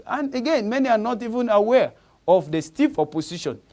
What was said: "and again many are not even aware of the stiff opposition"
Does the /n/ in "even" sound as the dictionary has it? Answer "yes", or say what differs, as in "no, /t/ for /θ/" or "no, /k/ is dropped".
yes